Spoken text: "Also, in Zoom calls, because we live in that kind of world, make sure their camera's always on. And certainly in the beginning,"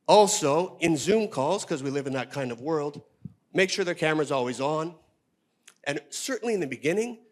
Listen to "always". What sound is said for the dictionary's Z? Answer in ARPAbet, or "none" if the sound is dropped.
Z